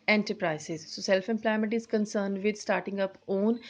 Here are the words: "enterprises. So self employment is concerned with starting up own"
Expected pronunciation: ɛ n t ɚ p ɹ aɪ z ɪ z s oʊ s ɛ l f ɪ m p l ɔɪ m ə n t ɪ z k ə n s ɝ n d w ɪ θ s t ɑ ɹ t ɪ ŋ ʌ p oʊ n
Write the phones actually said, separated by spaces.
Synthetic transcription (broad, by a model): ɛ n t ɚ p ɹ aɪ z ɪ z s oʊ s ɛ l f ɪ m p l ɔɪ m ə n t ɪ z k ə n s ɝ n d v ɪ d s t ɑ ɹ t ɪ ŋ ʌ p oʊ n